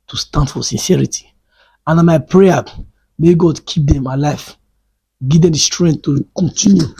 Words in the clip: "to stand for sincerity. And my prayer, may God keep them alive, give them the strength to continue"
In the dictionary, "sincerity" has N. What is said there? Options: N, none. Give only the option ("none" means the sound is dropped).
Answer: N